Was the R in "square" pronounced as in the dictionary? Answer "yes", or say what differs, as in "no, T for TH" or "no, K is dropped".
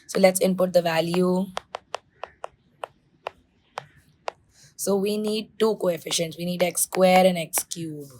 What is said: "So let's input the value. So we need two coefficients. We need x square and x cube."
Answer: yes